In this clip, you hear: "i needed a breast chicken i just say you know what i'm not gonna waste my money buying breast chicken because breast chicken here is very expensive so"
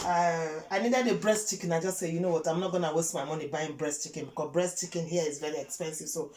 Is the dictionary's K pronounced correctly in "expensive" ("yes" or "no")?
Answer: yes